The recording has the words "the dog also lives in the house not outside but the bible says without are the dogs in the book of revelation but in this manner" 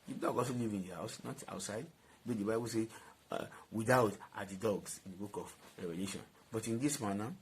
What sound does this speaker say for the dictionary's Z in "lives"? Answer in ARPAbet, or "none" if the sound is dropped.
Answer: none